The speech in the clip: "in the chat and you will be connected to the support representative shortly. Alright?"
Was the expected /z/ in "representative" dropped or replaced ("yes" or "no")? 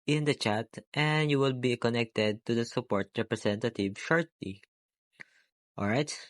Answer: yes